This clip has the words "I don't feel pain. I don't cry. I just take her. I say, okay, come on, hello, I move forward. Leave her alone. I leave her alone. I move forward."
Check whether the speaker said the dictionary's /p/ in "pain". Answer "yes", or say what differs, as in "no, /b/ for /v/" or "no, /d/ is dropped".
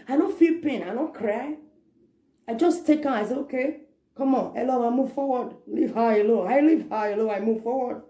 yes